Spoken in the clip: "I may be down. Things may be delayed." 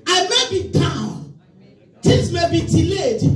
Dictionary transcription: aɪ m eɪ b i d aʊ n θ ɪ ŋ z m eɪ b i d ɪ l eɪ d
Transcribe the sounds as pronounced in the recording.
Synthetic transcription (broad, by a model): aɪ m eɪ b i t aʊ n t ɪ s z m eɪ b i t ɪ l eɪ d